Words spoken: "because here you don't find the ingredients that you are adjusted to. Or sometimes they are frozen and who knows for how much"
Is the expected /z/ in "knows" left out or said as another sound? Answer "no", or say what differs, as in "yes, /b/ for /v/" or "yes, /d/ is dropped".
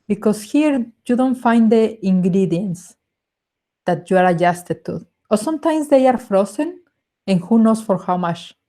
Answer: yes, /s/ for /z/